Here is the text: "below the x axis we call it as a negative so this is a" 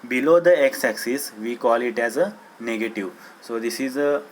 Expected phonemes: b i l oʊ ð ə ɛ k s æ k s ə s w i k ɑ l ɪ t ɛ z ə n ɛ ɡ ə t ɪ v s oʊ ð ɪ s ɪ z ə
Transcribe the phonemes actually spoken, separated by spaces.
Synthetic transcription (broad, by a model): b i l oʊ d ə ɛ k s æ k s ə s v i k ɑ l ɪ t ɛ z ə n ɛ ɡ ə t ɪ v s oʊ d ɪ s ɪ z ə